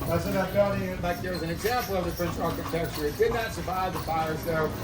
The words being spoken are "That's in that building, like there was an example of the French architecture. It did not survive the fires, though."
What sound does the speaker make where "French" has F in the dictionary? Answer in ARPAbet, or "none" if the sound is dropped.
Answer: P